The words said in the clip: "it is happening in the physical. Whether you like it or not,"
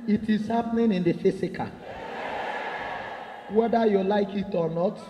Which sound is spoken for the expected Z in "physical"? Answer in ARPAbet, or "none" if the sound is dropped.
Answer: S